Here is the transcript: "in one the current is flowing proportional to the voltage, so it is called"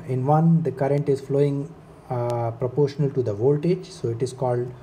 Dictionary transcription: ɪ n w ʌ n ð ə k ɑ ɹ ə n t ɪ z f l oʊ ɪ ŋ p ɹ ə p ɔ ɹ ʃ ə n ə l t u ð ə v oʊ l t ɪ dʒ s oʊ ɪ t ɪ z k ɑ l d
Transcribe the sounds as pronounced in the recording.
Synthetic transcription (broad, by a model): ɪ n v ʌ n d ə k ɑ ɹ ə n t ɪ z f l oʊ ɪ ŋ p ɹ ə p ɔ ɹ ʃ ə n ə l t u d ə v oʊ l t ɪ dʒ s oʊ ɪ t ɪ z k ɑ l d